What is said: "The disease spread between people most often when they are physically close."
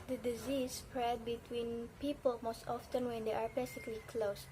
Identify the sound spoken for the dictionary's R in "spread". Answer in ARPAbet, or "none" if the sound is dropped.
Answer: R